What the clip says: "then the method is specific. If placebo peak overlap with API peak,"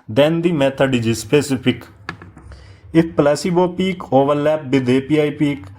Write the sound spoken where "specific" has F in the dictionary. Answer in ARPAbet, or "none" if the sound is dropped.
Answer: P